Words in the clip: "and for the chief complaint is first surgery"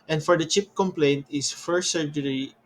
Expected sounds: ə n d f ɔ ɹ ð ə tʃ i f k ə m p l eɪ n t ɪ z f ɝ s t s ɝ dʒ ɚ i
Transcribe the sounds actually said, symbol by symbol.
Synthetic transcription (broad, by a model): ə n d f ɔ ɹ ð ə tʃ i p k ə m p l eɪ n t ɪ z f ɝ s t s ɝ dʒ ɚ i